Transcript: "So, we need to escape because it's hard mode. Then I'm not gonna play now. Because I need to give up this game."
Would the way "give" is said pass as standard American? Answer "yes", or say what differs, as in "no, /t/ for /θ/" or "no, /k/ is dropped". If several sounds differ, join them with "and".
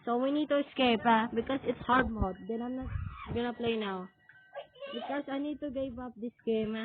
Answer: no, /b/ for /v/